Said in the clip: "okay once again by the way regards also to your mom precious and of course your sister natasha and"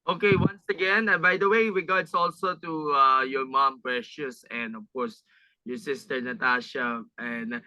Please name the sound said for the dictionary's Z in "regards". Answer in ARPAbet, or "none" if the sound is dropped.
S